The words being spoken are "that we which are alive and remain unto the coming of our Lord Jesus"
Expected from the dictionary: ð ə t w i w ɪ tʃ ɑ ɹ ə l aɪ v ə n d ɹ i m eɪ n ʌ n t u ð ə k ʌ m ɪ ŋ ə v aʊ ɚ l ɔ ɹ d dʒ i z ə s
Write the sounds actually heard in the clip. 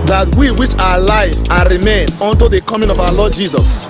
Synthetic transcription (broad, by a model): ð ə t w i w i tʃ ɑ w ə l aɪ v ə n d ɹ i m eɪ n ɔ n t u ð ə k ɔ m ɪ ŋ ə v aʊ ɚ l ɔ d dʒ i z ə s